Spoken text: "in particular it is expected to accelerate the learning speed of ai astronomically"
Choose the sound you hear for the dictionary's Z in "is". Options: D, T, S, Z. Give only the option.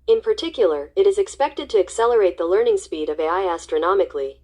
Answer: Z